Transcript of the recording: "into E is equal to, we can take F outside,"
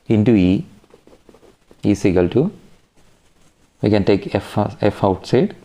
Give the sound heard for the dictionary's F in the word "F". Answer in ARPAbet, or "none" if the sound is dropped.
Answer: F